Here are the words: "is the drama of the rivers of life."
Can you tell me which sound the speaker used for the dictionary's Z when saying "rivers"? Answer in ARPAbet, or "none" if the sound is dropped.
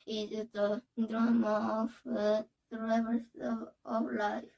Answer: S